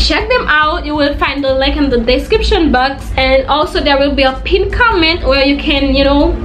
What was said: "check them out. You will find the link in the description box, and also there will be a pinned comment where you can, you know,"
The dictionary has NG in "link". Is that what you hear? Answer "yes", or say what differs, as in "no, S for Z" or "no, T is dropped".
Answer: no, NG is dropped